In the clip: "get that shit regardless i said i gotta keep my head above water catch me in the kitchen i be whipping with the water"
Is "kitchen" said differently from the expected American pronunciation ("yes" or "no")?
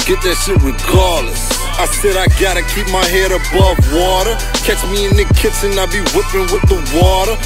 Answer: yes